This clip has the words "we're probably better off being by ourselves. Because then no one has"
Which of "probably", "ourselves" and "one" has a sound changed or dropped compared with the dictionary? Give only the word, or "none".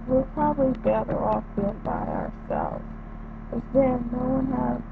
none